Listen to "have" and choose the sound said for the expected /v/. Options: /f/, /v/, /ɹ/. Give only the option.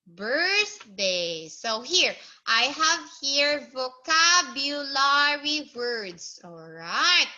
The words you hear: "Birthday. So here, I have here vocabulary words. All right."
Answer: /v/